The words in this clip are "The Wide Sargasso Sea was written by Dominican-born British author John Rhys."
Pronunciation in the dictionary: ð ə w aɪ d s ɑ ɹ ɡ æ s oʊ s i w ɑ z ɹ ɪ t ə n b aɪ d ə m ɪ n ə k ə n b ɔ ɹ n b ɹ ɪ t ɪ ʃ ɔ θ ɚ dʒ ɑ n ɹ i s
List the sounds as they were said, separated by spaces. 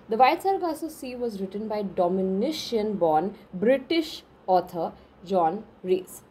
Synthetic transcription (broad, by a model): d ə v aɪ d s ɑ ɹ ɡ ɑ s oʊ s i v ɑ z ɹ ɪ t ə n b aɪ d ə m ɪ n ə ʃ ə n b ɔ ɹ n b ɹ ɪ t ɪ ʃ ɔ t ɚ dʒ ɑ n ɹ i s